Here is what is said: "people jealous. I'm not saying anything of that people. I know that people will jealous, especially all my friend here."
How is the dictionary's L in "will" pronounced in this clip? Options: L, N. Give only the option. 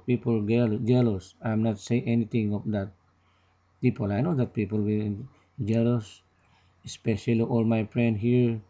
N